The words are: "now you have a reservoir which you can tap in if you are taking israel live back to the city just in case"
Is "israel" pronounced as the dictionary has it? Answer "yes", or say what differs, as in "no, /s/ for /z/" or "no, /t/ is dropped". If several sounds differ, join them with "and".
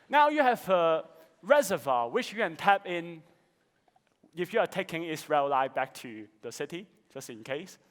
no, /s/ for /z/